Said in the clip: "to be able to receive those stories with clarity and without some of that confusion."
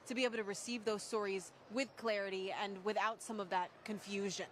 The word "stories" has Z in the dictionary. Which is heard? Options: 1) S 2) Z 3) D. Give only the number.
2